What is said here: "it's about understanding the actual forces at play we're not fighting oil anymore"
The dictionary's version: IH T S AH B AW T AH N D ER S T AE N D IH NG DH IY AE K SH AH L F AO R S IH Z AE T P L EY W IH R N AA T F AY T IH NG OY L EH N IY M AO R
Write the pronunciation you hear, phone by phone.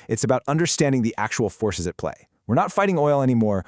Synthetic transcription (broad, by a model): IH T S AH B AW T AH N D ER S T AE N D IH NG DH IY AE K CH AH L F AO R S IH Z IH T P L EY W IH R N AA T F AY T IH NG OY L EH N IY M AO R